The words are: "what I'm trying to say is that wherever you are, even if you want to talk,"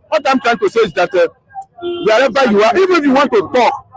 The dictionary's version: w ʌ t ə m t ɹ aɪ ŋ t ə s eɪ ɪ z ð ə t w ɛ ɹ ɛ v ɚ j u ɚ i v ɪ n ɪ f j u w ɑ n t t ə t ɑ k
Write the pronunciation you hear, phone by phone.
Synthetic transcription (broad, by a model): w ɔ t ə m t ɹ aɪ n t ə s eɪ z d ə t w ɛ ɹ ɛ b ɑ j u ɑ i v ɪ n ɪ f j u w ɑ n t t ə t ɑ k